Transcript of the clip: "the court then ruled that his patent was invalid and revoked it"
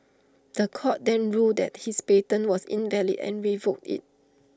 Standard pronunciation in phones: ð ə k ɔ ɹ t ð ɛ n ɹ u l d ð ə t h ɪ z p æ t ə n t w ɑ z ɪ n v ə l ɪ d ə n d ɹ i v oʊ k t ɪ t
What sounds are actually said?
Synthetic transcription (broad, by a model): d ə k ɔ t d ɛ n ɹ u d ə t h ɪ s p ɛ t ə n w ɑ s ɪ n v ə l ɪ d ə n ɹ i v oʊ k t ɪ t